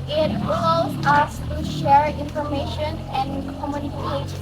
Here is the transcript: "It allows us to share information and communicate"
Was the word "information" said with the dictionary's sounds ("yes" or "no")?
yes